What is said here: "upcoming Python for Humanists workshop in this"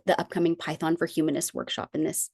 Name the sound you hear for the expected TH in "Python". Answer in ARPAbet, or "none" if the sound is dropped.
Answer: TH